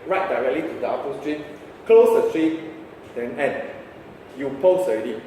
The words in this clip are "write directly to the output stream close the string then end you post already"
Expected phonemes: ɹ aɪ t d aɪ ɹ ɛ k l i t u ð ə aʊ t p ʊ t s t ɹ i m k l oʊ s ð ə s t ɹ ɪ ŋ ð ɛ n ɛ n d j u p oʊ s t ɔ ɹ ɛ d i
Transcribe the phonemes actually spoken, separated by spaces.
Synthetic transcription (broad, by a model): ɹ aɪ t d aɪ ɹ ɛ k l i t u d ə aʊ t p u s t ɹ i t k l oʊ s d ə s t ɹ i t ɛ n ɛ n j u p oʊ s ɔ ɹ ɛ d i